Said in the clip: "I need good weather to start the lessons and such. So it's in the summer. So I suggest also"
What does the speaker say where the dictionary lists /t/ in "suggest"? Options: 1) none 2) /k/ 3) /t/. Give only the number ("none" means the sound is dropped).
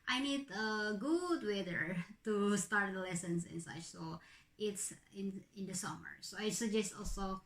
3